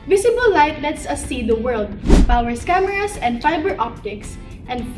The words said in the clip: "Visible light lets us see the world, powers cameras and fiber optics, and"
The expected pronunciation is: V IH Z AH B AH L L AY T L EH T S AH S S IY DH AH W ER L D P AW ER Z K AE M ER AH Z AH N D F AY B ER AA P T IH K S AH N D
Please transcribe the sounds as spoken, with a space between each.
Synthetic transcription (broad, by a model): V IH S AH B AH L L AY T L EH T S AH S S IY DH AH W ER L D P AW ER S K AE M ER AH S AH N D F AY B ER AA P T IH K S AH N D